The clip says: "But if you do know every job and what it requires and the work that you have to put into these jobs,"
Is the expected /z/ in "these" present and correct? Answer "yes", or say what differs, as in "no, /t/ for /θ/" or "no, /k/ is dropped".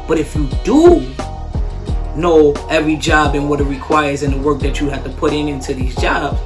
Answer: yes